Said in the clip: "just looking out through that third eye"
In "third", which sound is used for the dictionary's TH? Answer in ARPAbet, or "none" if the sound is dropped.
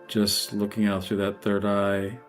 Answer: TH